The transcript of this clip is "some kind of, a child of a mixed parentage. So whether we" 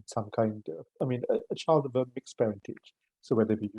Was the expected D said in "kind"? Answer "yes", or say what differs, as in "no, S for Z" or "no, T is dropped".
yes